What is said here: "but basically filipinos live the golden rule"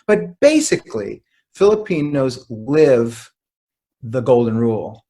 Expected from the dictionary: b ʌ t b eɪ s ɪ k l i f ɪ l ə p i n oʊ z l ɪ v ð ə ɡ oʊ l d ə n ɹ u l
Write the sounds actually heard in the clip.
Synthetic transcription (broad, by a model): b ʌ t b eɪ s ɪ k l i f ɪ l ə p i n oʊ z l ɪ v ð ə ɡ oʊ l d n ɹ u l